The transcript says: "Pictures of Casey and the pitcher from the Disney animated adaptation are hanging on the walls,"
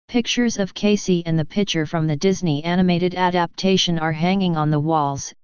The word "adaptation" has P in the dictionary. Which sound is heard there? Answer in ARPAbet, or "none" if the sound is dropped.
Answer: P